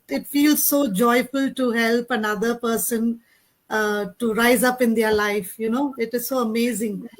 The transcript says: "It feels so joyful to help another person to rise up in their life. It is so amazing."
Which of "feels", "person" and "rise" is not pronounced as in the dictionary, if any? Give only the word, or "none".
none